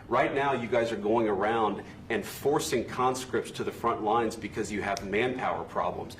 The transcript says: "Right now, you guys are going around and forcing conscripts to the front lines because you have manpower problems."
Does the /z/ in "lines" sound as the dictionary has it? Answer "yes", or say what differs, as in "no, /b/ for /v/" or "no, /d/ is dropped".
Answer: yes